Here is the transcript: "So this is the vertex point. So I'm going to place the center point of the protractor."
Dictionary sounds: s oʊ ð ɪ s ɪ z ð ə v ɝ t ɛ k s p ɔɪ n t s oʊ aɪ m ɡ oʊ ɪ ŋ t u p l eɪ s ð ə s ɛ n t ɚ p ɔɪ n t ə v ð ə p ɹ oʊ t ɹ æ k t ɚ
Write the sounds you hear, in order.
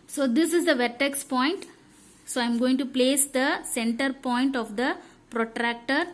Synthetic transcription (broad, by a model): s oʊ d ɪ s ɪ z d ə v ɝ t ɛ k s p ɔɪ n t s oʊ aɪ m ɡ oʊ ɪ ŋ t u p l eɪ s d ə s ɛ n t ɚ p ɔɪ n t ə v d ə p ɹ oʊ t ɹ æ k t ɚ